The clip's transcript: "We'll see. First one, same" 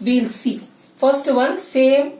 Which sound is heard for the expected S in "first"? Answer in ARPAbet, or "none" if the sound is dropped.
S